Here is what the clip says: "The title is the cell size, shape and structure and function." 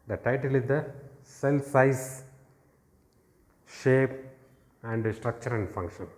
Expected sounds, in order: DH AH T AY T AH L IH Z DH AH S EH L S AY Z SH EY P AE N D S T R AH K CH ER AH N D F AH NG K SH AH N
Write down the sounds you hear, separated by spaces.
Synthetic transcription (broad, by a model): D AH T AY T AH L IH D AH S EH L S AY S SH EY P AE N D S T R AH K CH ER AH N D F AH NG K SH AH N